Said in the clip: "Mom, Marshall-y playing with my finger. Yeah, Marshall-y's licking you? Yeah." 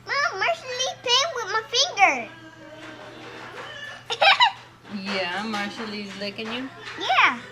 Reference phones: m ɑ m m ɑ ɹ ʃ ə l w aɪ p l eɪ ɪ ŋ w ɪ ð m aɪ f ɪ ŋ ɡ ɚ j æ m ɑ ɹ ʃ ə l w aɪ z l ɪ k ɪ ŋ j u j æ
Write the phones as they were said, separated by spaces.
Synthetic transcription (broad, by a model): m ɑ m m ɑ ɹ ʃ ə l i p eɪ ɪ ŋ w ɪ ð m aɪ f ɪ ŋ ɡ ɚ j æ m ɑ ɹ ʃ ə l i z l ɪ k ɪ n j u j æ